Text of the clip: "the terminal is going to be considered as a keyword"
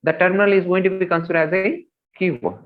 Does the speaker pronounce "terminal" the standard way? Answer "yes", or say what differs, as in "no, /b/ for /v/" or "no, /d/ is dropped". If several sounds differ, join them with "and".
yes